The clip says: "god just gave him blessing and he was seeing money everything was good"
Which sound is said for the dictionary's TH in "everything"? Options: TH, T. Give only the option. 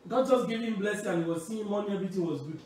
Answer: T